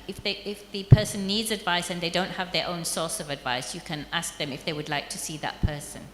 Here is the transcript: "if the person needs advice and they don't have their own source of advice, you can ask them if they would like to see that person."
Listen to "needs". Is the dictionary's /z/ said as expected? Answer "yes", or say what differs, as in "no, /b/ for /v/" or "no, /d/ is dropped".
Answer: yes